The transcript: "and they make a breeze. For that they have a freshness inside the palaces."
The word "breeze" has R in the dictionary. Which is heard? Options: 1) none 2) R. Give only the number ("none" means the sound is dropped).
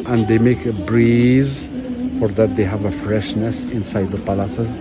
2